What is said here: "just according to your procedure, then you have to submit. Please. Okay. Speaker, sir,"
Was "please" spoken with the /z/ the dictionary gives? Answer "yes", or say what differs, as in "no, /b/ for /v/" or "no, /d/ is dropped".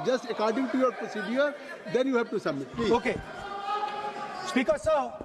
no, /z/ is dropped